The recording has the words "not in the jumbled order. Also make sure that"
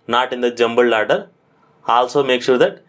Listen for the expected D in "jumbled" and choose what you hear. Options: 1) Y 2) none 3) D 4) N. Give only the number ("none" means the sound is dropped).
2